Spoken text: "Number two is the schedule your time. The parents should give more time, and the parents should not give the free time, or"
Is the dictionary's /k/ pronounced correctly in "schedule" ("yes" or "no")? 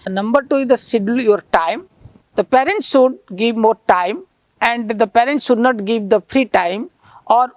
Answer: no